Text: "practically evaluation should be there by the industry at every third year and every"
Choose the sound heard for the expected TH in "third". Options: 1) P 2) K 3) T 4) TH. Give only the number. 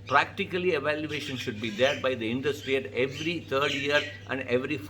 3